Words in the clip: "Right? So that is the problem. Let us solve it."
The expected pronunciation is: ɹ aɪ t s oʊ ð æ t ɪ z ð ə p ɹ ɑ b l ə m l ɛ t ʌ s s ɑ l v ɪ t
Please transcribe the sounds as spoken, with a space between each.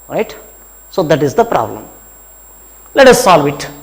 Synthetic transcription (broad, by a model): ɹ aɪ t s oʊ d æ t ɪ z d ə p ɹ ɑ b l ə m l ɛ t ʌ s s ɑ l v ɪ t